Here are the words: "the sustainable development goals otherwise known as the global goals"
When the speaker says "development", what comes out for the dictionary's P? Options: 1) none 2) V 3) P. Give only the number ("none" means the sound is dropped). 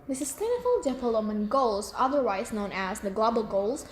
1